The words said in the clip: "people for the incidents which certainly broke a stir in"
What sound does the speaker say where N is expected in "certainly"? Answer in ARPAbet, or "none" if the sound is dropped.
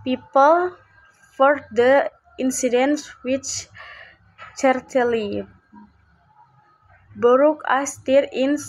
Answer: none